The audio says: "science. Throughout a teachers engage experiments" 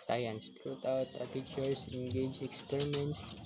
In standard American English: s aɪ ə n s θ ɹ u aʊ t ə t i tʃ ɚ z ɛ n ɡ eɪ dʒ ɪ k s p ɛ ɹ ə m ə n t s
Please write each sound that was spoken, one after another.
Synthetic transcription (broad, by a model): s aɪ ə n s t ɹ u aʊ t ə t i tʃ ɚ s ɛ n ɡ eɪ dʒ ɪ k s p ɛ ɹ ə m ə n t s